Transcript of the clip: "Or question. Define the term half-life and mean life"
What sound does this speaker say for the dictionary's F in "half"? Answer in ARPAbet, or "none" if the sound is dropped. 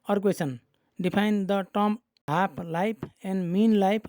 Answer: P